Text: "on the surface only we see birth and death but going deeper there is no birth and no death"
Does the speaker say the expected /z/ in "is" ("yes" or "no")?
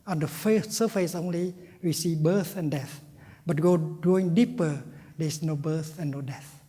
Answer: no